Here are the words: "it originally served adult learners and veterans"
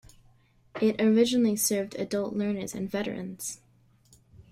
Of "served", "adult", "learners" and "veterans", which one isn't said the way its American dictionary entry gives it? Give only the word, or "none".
none